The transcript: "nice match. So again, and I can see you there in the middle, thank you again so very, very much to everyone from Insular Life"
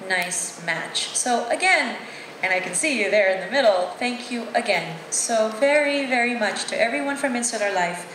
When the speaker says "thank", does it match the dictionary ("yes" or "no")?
yes